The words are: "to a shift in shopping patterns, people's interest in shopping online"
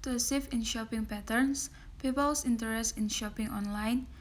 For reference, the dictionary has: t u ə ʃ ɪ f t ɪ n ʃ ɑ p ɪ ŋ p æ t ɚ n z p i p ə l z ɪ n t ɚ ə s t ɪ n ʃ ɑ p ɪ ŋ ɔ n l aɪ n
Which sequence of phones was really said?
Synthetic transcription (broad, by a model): t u ə s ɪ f ɪ n ʃ ɑ p ɪ ŋ p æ t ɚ n s p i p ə l s ɪ n t ɚ ə s t ɪ n ʃ ɑ p ɪ ŋ ɔ n l aɪ n